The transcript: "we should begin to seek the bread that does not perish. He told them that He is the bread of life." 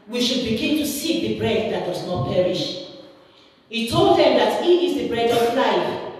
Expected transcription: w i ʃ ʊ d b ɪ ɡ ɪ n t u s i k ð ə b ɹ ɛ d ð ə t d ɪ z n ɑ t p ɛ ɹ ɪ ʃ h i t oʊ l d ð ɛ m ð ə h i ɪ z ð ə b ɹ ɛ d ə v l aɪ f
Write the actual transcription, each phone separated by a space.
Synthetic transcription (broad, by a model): w i ʃ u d b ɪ ɡ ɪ n t u s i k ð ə b ɹ ɛ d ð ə t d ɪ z n ɑ t p ɛ ɹ ɪ ʃ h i t oʊ l d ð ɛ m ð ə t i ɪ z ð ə b ɹ ɛ d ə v l aɪ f